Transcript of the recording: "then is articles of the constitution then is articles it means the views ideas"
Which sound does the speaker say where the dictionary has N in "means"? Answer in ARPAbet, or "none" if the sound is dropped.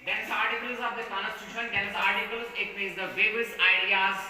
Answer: none